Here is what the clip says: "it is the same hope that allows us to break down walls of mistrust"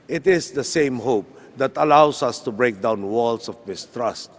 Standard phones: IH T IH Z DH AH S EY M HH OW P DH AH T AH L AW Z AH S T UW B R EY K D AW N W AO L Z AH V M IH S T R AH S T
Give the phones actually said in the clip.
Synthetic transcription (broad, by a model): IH T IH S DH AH S EY M HH OW P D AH T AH L AW S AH S T UW B R EY K D AW N W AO L S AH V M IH S T R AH S T